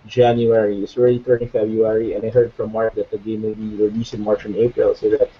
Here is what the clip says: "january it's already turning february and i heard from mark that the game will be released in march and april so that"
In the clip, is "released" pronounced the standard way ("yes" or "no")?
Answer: no